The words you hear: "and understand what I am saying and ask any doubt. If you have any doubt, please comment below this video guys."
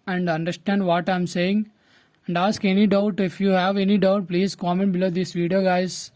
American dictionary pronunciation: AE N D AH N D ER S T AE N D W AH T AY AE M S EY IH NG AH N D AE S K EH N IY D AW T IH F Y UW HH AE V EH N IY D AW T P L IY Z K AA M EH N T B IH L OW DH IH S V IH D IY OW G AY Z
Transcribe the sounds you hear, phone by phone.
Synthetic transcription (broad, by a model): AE N D AH N D ER S T AE N D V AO T AY M S EY IH NG AH N D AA S K EH N IY D AW T IH F Y UW HH AE V EH N IY D AW T P L IY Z K AA M EH N T B IH L OW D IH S V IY D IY OW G AY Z